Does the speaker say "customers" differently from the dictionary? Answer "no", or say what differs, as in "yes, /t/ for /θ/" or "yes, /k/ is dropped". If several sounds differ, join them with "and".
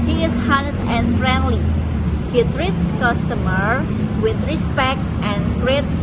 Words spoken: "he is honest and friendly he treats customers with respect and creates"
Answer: yes, /z/ is dropped